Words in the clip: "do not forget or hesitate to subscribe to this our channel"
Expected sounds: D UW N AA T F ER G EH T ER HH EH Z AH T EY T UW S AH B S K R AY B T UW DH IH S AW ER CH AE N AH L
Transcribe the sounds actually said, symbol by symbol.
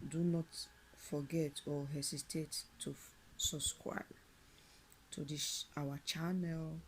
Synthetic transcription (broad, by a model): D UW N AA T F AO G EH T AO HH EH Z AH T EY T UW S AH S K W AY T UW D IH SH AW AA CH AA N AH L